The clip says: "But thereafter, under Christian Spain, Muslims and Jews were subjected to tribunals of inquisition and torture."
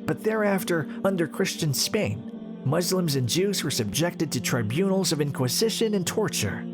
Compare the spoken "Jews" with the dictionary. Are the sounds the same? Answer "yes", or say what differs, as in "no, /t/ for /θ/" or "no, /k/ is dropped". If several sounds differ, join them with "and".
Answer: yes